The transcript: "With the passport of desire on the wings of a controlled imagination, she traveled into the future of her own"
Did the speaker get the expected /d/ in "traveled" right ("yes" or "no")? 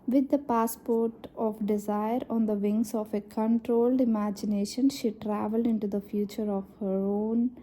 yes